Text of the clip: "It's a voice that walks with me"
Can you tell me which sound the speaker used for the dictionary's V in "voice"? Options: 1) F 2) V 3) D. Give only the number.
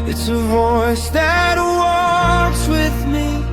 2